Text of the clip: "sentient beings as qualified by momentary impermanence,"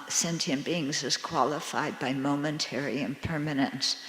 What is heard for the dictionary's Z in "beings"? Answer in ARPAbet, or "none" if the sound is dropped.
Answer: Z